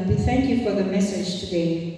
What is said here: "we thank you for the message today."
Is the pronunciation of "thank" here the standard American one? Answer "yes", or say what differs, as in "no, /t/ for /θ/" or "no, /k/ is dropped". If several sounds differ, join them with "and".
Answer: yes